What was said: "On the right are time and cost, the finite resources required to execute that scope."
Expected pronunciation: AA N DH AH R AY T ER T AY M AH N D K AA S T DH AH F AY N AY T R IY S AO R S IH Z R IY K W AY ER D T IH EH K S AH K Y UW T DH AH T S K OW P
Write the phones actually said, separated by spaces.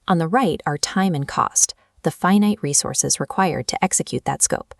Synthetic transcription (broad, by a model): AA N DH AH R AY T ER T AY M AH N K AA S T DH AH F AY N AY T R IY S AO R S IH Z R IY K W AY ER D T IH EH K S AH K Y UW T DH AH T S K OW P